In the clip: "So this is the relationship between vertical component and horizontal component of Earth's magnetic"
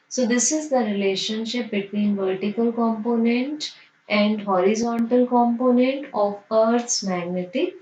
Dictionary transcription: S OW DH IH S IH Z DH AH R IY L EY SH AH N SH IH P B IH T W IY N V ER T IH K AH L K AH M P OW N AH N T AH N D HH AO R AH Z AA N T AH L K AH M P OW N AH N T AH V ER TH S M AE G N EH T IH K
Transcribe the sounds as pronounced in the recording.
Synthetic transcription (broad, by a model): S OW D IH S IH Z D AH R IY L EY SH AH N SH IH P B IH T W IY N V ER T IH K AH L K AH M P OW N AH N T AH N D HH AO R AH Z AA N T AH L K AH M P OW N AH N T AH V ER T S M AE G N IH T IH